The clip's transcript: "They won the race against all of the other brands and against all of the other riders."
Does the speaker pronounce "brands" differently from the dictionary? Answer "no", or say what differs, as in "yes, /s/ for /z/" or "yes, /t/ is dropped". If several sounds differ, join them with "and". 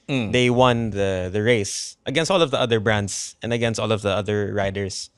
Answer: yes, /s/ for /z/